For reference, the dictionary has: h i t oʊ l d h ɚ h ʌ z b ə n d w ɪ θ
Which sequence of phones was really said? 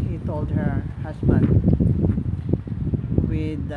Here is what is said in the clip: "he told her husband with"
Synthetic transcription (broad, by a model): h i t oʊ l d h ɚ h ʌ s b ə n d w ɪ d